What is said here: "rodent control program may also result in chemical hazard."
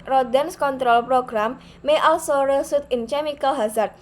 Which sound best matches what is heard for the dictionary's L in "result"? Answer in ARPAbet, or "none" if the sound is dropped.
none